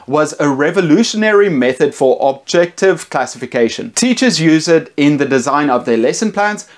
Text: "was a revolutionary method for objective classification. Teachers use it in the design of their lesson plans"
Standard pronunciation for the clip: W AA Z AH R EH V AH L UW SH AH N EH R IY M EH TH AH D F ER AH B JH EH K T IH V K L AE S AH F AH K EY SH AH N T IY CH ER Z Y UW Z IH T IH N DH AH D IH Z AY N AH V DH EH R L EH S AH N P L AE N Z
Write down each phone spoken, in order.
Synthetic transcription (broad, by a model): W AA Z AH R EH V AH L UW SH AH N EH R IY M EH TH AH D F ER AH B JH EH K T IH V K L AE S AH F AH K EY SH AH N T IY CH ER Z Y UW Z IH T IH N DH AH D IH Z AY N AH V DH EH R L EH S AH N P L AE N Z